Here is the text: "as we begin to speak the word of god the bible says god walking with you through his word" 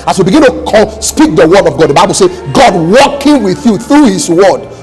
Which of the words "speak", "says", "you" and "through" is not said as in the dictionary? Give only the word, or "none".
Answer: says